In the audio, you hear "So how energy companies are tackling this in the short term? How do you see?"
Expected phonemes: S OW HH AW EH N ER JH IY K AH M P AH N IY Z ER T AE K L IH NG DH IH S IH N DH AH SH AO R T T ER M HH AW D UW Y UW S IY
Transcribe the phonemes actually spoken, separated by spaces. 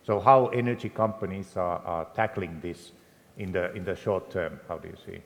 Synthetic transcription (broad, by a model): S OW HH AW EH N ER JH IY K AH M P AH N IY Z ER T AE K L IH NG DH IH S IH N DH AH SH AO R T T ER M HH AW D UW Y UW S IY